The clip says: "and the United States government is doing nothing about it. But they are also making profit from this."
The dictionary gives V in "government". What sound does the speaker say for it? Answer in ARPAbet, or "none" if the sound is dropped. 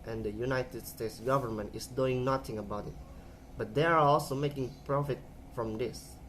V